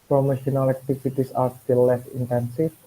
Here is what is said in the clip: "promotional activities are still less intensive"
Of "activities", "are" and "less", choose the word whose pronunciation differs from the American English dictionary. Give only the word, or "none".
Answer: activities